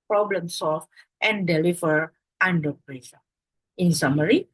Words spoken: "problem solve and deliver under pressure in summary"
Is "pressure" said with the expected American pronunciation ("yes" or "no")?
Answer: no